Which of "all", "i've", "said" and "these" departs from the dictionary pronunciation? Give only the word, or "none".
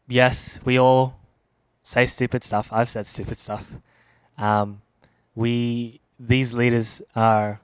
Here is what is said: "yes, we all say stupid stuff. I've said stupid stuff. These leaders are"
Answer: none